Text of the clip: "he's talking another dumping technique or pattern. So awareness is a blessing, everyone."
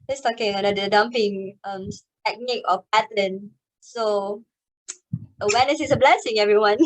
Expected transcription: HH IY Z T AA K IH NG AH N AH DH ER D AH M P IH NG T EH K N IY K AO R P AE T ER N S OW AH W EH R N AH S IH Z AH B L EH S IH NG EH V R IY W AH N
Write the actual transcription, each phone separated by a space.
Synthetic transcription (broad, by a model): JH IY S T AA K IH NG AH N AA ER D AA M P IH NG T EH K N IY K AO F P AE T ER N S OW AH W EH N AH S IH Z AH B L EH S IH NG EH V R IY W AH N